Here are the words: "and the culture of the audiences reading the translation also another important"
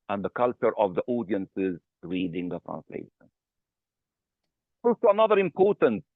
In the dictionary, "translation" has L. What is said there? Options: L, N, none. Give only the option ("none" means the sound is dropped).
L